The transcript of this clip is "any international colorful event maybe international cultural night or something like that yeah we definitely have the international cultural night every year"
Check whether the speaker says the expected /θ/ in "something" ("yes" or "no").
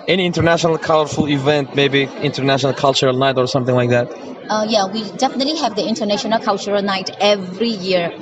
yes